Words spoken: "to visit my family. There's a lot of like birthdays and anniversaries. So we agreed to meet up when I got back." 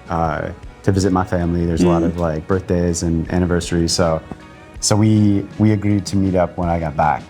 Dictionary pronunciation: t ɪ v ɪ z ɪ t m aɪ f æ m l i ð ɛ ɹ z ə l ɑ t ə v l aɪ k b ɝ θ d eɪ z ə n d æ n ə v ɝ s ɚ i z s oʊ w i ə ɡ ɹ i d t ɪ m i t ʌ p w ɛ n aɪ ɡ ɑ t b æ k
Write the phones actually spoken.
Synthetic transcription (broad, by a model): t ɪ v ɪ z ɪ t m aɪ f æ m l i ð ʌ ɹ z ə l ɑ t ə v l aɪ k b ɝ θ d eɪ z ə n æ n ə v ɝ s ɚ i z s oʊ w i ə ɡ ɹ i d t ɪ m i t ʌ p w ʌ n aɪ ɡ ɑ t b æ k